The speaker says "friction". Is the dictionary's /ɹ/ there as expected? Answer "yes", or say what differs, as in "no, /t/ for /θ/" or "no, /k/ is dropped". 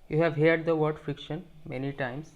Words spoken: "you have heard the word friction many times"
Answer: yes